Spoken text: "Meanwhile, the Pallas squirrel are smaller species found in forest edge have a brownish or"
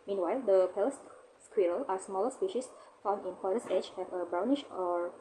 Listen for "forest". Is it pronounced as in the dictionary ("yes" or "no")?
no